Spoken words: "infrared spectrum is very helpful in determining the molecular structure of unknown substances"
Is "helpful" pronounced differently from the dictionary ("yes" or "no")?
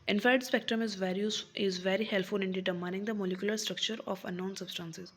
yes